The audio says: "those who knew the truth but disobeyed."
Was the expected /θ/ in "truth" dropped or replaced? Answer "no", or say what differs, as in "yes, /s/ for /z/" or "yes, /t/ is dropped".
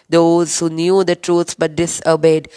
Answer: yes, /s/ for /θ/